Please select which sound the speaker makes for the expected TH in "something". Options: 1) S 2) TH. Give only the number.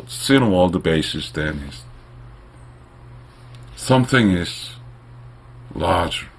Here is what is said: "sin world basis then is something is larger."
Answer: 2